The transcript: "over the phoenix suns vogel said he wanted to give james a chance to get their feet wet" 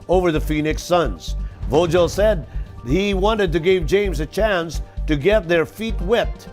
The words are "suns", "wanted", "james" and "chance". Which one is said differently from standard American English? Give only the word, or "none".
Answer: none